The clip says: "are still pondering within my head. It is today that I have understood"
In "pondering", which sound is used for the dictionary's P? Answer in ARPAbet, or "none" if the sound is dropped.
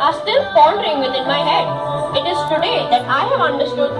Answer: F